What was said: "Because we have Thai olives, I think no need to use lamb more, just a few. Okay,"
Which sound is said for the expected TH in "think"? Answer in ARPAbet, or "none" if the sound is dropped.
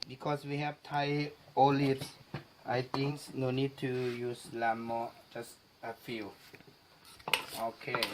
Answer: T